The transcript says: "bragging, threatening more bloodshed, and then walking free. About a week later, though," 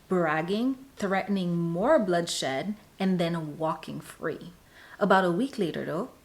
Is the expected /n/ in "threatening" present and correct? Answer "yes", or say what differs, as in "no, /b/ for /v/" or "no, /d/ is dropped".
yes